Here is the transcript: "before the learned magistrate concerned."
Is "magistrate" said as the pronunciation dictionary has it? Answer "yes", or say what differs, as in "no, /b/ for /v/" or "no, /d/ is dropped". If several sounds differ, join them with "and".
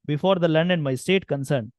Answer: no, /dʒ/ is dropped and /ɹ/ is dropped